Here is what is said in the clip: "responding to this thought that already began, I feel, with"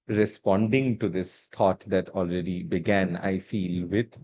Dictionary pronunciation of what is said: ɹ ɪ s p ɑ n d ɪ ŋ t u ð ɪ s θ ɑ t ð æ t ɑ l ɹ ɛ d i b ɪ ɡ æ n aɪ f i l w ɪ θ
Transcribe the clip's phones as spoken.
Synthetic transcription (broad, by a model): ɹ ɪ s p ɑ n d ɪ ŋ t u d ɪ s t ɑ t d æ t ɑ l ɹ ɛ d i b ɪ ɡ æ n aɪ f i l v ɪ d